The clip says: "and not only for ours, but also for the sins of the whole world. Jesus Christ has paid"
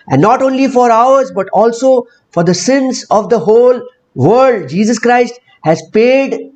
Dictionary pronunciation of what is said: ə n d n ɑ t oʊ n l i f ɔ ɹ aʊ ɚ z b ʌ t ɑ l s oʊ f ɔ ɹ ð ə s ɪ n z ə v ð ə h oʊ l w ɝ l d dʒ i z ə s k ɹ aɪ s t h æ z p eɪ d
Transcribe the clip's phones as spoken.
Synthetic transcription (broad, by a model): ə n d n ɑ t oʊ n l i f ɔ ɹ aʊ ɚ z b ʌ t ɑ l s oʊ f ɔ ɹ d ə s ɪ n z ə v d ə h oʊ l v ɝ d dʒ i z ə s k ɹ aɪ s t h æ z p eɪ d